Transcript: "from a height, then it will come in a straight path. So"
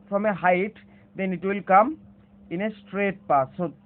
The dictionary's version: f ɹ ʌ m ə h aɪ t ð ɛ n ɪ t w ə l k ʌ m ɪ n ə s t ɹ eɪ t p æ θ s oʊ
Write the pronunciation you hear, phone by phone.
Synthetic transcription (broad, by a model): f ɹ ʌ m ə h aɪ t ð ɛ n ɪ t w ə l k ʌ m ɪ n ə s t ɹ eɪ t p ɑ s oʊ